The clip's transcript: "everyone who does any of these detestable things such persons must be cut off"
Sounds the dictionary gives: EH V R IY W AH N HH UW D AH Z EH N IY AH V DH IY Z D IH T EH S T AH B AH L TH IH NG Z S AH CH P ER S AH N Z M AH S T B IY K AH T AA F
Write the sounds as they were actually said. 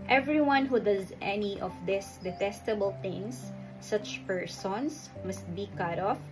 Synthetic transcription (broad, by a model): EH V R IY W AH N HH UW D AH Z EH N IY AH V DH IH S D IH T EH S T AH B AH L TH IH NG S AH CH P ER S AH N S M AH S T B IY K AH T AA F